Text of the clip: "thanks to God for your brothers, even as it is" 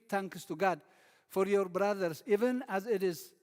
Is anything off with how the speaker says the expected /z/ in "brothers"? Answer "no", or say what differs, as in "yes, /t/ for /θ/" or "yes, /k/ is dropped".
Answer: yes, /s/ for /z/